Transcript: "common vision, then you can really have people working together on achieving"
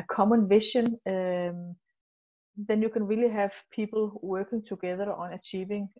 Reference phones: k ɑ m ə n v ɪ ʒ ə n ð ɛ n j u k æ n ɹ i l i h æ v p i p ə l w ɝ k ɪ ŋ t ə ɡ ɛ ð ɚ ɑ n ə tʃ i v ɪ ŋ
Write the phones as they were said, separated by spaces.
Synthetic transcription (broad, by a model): k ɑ m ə n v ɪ ʃ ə n ð ɛ n j u k æ n ɹ i l i h æ v p i p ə l w ɝ k ɪ ŋ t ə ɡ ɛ ð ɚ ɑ n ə tʃ i v ɪ ŋ